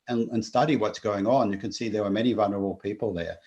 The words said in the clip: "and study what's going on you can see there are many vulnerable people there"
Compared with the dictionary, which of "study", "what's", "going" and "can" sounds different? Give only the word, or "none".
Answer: none